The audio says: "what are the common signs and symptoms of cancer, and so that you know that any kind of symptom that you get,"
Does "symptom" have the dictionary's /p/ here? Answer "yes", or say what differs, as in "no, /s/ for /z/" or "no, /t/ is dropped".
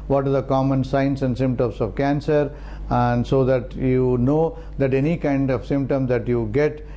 yes